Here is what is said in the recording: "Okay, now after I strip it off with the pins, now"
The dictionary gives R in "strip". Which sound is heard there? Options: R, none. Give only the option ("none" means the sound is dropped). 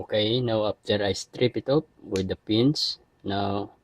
R